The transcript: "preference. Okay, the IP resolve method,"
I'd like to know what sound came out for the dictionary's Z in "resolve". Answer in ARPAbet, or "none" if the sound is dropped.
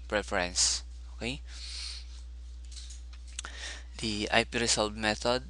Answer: S